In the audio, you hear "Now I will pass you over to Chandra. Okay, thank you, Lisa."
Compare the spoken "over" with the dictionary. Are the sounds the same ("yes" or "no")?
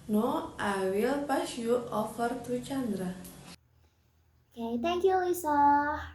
no